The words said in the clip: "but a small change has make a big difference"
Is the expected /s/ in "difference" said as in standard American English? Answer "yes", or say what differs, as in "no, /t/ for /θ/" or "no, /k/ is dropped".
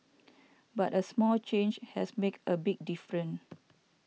no, /s/ is dropped